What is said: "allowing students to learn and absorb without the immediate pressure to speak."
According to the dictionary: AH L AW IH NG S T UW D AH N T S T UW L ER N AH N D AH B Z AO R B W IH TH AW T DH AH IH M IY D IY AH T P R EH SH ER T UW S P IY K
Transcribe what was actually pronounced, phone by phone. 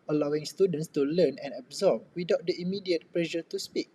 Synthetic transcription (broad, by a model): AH L AW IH NG S T UW D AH N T S T UW L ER N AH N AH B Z AO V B W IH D AW T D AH IH M IY D IY AH T P L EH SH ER T UW S P IY K